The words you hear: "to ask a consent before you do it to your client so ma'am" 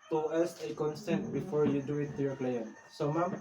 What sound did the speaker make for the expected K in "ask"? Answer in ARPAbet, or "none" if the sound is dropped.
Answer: none